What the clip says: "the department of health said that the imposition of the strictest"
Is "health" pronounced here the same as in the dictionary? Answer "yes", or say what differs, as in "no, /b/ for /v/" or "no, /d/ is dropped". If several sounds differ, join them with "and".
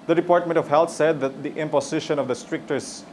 no, /t/ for /θ/